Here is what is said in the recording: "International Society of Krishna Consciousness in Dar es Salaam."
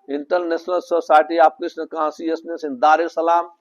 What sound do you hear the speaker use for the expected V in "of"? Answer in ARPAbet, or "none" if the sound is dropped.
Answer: P